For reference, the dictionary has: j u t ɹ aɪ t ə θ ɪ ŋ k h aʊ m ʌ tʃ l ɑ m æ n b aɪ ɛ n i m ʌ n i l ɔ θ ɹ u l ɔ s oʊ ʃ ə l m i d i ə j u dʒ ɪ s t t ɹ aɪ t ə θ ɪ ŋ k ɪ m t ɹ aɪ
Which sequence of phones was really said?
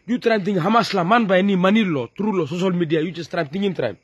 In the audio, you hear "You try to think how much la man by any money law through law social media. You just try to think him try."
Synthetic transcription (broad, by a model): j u t ɹ aɪ t ə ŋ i h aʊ m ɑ s l ɑ m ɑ n b aɪ ɛ n i m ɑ n i l ɔ t ɹ u l ɔ s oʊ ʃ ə l m i d i ə j u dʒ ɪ s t t ɹ aɪ t ə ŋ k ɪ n t ɹ aɪ